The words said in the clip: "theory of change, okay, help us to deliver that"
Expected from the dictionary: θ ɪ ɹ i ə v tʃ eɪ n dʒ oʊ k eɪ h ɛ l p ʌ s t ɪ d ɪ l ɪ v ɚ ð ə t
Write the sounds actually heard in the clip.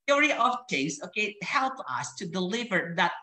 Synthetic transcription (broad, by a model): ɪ ɹ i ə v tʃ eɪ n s oʊ k eɪ h ɛ l p ʌ s t ɪ d ɪ l ɪ v ɚ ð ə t